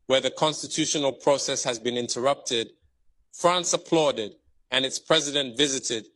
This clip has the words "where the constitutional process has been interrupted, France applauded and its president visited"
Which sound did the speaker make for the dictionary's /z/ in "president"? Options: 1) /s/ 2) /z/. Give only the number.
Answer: 2